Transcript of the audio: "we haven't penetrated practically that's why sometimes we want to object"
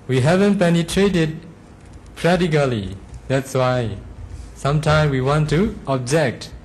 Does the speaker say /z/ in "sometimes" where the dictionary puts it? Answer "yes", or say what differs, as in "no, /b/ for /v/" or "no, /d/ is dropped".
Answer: no, /z/ is dropped